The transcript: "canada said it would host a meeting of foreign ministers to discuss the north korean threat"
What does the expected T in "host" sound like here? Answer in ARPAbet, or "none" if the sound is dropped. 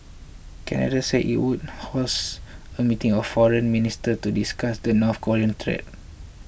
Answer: none